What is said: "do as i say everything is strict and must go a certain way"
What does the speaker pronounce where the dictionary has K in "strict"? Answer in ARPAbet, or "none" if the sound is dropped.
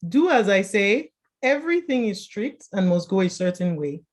K